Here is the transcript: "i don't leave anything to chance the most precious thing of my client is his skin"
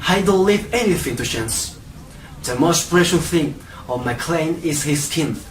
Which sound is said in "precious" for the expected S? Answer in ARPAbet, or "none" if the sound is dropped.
none